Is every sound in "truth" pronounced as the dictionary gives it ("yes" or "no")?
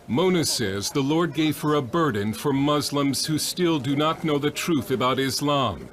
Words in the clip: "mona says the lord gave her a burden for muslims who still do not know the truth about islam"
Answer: yes